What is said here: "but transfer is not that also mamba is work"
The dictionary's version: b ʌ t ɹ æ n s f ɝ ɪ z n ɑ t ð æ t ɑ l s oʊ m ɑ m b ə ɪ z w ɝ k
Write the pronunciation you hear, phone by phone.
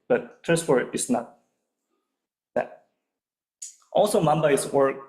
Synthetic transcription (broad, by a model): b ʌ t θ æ s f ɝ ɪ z n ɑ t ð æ t ɑ l s oʊ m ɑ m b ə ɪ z w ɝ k